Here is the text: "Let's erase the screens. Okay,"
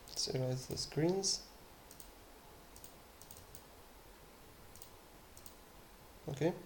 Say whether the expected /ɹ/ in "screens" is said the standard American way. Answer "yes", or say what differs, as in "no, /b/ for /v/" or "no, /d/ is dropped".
yes